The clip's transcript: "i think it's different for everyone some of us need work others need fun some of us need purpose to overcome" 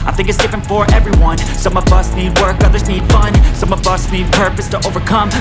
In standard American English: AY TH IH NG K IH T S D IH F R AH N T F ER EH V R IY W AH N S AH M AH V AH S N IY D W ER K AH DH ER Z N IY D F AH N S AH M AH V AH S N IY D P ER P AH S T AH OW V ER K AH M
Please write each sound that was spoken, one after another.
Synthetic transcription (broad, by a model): AY TH IH NG K IH T S D IH F R AH N T F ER EH V R IY W AH N S AH M AH V AH S N IY D W ER K AH DH ER Z N IY D F AH N S AH M AH V AH S N IY D P ER P AH S T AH OW V ER K AH M